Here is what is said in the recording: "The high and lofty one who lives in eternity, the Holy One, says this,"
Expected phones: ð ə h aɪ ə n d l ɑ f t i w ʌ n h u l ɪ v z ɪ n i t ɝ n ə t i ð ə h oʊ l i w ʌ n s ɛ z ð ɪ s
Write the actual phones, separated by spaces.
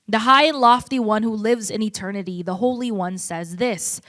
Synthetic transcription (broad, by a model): ð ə h aɪ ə n l ɑ f t i w ʌ n h u l ɪ v z ɪ n i t ɝ n ə t i ð ə h oʊ l i w ʌ n s ɛ z ð ɪ s